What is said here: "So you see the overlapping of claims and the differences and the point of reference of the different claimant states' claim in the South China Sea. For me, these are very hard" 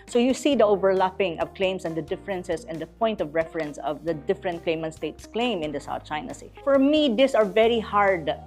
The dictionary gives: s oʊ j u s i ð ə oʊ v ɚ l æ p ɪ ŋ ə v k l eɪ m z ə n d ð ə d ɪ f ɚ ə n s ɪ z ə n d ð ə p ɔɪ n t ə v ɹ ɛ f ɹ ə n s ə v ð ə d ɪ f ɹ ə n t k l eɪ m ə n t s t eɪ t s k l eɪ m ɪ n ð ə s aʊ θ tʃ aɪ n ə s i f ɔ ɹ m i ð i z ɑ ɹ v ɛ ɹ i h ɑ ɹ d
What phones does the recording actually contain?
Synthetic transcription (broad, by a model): s oʊ j u s i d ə oʊ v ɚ l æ p ɪ ŋ ə v k l eɪ m s ə n d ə d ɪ f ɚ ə n s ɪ s ə n d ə p ɔɪ n t ə v ɹ ɛ f ɹ ə n s ə v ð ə d ɪ f ɹ ə n t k l eɪ m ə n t s t eɪ t s k l eɪ m ɪ n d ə s aʊ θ tʃ aɪ n ə s i f ɔ ɹ m i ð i s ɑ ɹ v ɛ ɹ i h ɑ ɹ d